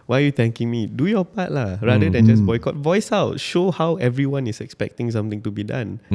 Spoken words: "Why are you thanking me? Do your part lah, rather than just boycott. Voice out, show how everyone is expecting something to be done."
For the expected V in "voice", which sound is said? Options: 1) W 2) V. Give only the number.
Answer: 2